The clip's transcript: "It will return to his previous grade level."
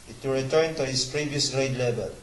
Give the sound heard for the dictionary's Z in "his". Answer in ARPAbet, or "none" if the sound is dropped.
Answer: S